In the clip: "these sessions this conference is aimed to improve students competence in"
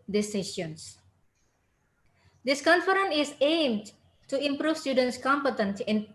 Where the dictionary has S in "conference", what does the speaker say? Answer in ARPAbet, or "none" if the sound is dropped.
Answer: none